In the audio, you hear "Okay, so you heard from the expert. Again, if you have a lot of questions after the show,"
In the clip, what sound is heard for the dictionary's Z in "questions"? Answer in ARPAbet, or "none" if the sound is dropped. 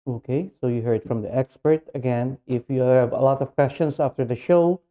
S